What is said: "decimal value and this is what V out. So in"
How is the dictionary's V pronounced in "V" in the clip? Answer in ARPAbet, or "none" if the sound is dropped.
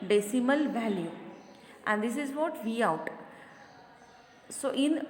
V